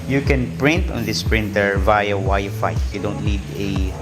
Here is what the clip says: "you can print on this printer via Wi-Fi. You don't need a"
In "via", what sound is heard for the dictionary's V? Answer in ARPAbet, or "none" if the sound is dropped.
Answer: V